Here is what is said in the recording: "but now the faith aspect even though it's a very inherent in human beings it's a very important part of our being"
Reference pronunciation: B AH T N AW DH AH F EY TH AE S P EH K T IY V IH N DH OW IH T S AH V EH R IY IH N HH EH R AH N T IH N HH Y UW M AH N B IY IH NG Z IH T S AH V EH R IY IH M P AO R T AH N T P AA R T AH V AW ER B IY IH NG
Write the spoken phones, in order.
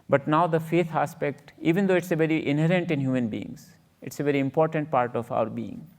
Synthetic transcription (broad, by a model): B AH T N AW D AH F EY T AE S P EH K T IY V IH N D OW IH T S AH V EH R IY IH N HH EH R AH N T IH N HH Y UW M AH N B IY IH NG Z IH T S AH V EH R IY IH M P AO R T AH N T P AA R T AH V AW ER B IY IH NG